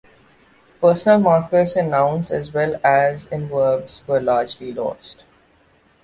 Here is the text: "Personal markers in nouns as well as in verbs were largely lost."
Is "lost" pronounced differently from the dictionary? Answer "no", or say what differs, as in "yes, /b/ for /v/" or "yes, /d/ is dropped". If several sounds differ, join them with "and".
no